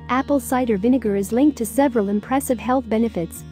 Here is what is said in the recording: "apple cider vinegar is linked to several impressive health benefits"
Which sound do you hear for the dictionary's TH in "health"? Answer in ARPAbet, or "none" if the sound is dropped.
TH